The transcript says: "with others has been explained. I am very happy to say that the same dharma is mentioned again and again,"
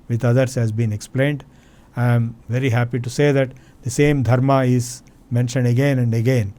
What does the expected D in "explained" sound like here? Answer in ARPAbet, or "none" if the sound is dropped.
D